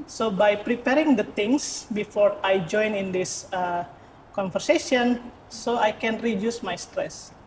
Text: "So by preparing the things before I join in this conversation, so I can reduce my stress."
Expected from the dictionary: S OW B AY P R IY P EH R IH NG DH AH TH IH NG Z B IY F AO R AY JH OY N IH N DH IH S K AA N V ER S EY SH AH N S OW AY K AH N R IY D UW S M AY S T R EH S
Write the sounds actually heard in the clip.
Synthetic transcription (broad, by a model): S OW B AY P R IY P EH R IH NG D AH T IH NG S B IY F AO R AY JH OY N IH N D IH S K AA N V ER S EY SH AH N S OW AY K AH N R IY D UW S M AY S T R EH S